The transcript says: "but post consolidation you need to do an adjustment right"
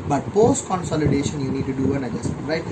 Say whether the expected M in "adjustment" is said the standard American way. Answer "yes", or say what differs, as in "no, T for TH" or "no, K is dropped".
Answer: no, M is dropped